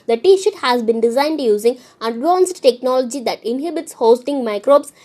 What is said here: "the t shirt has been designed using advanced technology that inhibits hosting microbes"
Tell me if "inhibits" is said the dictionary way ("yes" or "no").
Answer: yes